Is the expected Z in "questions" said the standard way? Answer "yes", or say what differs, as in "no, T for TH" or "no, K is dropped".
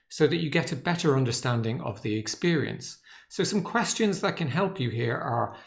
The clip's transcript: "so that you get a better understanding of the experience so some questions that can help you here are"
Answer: yes